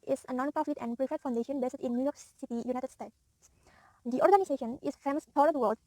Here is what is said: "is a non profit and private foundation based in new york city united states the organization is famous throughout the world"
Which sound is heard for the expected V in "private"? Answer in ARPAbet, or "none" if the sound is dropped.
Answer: F